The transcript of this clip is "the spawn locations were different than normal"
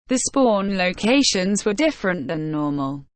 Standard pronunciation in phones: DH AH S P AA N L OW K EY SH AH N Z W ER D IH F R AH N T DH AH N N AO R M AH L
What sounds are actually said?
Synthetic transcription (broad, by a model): DH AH S P AA N L OW K EY SH AH N Z W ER D IH F R AH N T DH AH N N AO M AH L